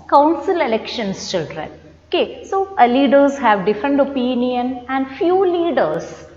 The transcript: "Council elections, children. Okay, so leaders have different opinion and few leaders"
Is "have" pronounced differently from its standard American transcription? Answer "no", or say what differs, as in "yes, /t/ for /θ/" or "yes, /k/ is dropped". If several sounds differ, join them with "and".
no